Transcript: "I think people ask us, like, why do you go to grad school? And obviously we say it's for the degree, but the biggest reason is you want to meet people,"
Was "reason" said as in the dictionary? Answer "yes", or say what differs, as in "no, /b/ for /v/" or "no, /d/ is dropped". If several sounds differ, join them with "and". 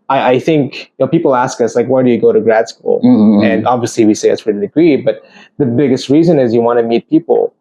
yes